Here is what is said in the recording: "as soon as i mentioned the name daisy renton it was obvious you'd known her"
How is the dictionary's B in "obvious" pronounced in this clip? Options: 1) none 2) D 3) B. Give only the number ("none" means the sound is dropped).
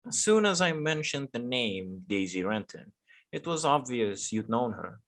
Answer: 3